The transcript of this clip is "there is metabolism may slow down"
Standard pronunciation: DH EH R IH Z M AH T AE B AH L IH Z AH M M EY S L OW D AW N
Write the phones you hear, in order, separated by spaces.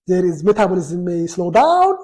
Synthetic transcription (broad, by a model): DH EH R IH Z M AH T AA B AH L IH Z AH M M EY S L OW D AW N